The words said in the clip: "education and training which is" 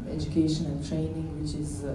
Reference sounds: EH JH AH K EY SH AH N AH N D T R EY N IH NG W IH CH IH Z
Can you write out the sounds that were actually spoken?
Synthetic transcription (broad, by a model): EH JH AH K EY SH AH N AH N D T R EY N IH NG W IH CH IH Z